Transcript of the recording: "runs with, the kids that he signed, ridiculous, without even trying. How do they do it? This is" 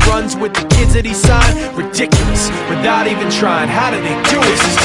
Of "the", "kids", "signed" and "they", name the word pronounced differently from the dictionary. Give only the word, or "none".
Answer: signed